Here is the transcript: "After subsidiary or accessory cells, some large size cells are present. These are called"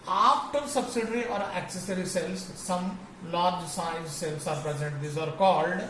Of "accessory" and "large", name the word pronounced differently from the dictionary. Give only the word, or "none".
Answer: none